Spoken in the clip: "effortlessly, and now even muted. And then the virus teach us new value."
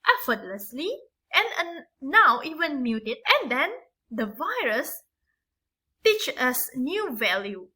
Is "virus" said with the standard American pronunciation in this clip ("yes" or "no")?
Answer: yes